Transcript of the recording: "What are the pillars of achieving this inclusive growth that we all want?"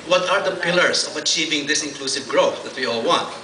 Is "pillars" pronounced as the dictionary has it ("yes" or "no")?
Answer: no